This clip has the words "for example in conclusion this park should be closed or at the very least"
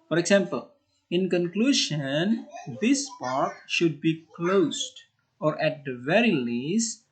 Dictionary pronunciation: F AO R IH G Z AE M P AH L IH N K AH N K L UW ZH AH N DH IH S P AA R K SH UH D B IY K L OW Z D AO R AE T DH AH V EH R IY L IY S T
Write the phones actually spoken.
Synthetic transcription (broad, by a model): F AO R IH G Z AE M P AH L IH N K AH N K L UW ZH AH N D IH S P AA R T SH UH D B IY K L OW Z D AO R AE T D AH V EH R IY L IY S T